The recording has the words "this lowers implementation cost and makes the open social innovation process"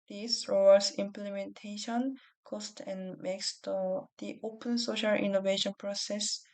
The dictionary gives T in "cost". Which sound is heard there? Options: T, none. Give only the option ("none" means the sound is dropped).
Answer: T